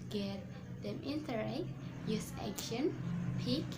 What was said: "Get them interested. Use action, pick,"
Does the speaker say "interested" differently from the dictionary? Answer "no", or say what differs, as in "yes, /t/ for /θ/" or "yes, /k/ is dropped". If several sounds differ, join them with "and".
yes, /s/ is dropped